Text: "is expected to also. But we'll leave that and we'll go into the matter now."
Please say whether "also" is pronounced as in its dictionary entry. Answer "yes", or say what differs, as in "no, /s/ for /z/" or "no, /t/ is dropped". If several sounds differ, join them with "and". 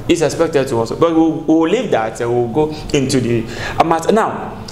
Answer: no, /l/ is dropped